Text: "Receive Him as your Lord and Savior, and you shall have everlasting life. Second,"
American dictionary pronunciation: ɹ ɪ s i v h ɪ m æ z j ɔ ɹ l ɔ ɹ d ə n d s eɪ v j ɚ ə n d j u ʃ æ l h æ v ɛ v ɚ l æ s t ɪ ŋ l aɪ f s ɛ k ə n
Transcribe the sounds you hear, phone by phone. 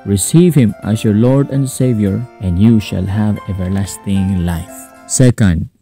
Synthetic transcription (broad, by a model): ɹ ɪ s i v h ɪ m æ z j ɔ ɹ l ɔ ɹ d ə n d s eɪ v j ɚ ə n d j u ʃ æ l h æ v ɛ v ɚ l æ s t ɪ ŋ l aɪ f s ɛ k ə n